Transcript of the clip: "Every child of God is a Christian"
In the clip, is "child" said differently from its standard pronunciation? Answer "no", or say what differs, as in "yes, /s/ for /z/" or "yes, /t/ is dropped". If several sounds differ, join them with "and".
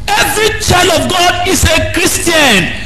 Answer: yes, /d/ is dropped